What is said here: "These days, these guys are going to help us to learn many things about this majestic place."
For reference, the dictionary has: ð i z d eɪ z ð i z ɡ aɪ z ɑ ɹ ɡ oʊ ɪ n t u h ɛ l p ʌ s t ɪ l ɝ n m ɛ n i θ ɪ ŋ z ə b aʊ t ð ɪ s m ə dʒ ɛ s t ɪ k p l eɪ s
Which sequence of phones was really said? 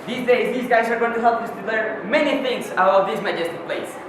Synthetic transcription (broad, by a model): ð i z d eɪ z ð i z ɡ aɪ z ɑ ɹ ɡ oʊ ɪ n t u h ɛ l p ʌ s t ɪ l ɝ m ɛ n i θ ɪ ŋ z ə aʊ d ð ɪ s m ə dʒ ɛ s t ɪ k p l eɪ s